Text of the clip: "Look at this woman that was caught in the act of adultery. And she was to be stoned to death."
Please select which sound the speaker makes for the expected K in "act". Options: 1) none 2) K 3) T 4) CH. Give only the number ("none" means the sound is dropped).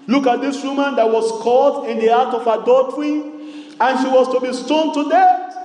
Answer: 1